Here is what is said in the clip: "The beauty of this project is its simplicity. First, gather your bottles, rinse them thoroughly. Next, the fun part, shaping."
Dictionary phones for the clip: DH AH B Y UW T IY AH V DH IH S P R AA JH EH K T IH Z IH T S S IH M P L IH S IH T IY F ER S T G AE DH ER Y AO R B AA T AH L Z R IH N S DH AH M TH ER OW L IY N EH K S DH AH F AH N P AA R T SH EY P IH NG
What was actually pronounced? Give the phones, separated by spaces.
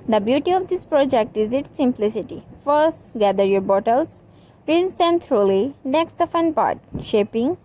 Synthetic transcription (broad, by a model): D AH B Y UW T IY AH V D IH S P R AA JH EH K T IH Z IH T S S IH M P L IH S IH T IY F ER S T G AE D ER Y AO R B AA T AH L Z R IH S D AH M T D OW L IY N EH K S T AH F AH N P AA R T SH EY P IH NG